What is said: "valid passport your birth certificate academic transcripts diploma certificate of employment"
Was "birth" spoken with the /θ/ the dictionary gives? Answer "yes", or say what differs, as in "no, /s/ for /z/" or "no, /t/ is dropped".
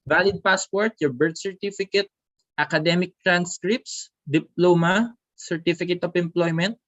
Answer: no, /t/ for /θ/